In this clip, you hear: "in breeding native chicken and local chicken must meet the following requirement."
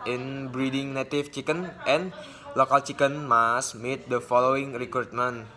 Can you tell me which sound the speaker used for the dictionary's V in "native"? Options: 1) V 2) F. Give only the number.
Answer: 2